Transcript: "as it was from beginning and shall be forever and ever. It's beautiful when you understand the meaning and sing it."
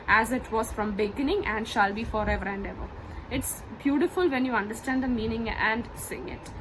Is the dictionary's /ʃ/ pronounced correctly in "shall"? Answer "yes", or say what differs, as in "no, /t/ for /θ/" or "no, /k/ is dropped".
yes